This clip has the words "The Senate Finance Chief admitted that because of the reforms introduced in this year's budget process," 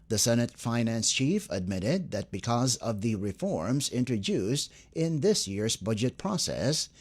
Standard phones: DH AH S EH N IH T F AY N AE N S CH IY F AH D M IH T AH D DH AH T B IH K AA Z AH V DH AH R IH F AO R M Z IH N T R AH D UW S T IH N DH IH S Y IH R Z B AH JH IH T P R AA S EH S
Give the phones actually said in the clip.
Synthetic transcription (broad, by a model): DH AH S EH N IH T F AY N AE N S CH IY F AH D M IH T AH D DH AH T B IH K AA Z AH V DH AH R IH F AO R M Z IH N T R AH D UW S T IH N DH IH S Y IH R Z B AH JH IH T P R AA S EH S